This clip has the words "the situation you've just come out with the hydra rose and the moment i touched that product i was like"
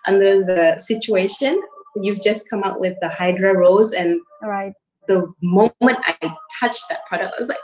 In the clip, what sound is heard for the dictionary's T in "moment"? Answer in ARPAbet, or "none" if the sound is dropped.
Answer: T